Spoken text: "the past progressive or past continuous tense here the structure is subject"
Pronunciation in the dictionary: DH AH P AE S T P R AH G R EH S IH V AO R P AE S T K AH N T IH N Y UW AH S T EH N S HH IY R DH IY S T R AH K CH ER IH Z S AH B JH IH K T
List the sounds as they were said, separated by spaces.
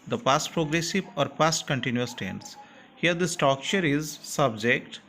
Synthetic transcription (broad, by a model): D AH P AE S T P R AH G R EH S IH V AO R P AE S T K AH N T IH N Y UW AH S T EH N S HH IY R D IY S T AO K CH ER IH Z S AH B JH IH K T